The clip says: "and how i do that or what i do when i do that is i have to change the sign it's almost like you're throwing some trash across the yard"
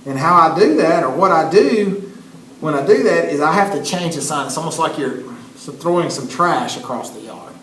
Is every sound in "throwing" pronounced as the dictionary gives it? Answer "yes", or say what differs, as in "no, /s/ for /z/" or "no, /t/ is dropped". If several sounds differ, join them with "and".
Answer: yes